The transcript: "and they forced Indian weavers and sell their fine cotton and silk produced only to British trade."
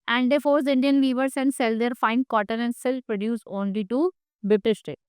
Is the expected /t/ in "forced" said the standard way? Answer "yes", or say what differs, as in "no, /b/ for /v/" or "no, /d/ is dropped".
no, /t/ is dropped